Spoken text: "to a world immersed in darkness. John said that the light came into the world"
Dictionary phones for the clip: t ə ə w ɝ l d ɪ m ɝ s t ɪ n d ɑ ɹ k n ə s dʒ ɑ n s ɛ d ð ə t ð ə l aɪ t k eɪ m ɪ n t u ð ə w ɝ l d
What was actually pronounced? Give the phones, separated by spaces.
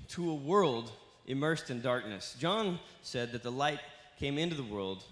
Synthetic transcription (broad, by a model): t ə ə w ɝ l d ɪ m ɝ s t ɪ n d ɑ ɹ k n ə s dʒ ɑ n s ɛ d ð ə t ð ə l aɪ t k eɪ m ɪ n t u ð ə w ɝ l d